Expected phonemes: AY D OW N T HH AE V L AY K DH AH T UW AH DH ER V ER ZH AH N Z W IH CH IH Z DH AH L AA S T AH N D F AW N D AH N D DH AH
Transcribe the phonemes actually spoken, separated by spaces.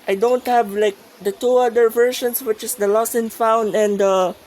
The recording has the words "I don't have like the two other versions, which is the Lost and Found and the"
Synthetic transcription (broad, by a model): AY D OW N T HH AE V L AY K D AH T UW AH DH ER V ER SH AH N S W IH CH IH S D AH L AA S AH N F AW N D AH N D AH